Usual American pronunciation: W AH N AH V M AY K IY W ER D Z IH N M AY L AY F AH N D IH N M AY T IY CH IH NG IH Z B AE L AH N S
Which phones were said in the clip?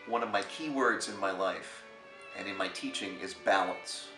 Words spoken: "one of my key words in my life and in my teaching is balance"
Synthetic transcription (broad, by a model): W AH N AH V M AY K IY W ER D Z IH N M AY L AY F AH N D IH N M AY T IY CH IH NG IH Z B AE L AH N S